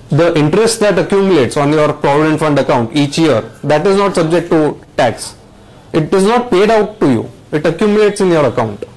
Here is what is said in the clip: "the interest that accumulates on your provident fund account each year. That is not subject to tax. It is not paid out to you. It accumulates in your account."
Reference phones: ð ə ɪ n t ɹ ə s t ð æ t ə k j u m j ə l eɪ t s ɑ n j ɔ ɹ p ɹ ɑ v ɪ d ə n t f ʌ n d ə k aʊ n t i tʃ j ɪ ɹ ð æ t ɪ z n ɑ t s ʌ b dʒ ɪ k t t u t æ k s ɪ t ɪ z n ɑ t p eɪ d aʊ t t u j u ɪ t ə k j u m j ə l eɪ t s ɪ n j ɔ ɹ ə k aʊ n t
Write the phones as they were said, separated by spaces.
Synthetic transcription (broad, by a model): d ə ɪ n t ɹ ə s t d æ t ə k j u m j ə l eɪ t s ɑ n j ɔ ɹ p ɹ ɑ v ɪ d ə n t f ʌ n d ə k aʊ n t i tʃ j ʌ ɹ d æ t ɪ z n ɑ t s ʌ b dʒ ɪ k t t u t æ k s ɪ t ɪ z n ɑ t p eɪ d aʊ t t u j u ɪ t ə k j u m j ə l eɪ t s ɪ n j ɔ ɹ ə k aʊ n t